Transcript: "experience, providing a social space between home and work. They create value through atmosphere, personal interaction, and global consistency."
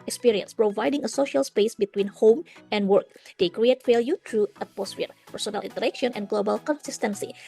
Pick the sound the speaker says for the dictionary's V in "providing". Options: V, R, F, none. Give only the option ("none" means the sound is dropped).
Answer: V